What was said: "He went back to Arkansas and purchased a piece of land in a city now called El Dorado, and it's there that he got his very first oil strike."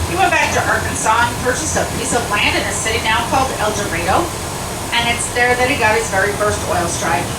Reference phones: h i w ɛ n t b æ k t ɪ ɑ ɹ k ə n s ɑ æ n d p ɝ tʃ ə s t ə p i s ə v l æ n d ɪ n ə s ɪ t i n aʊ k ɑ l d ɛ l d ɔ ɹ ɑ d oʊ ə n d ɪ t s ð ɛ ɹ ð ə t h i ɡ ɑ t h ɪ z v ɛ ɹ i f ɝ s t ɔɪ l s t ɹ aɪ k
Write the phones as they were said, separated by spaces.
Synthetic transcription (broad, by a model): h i w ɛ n b æ k t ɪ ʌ ɹ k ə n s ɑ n p ɝ tʃ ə s ə p i s ə v l æ n d ɪ n ə s ɪ t i n aʊ k ɑ l d ɛ l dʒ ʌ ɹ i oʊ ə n ɪ t s ð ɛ ɹ ð ə t h i ɡ ɑ t h ɪ z v ɛ ɹ i f ɝ s t ɔɪ l s t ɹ aɪ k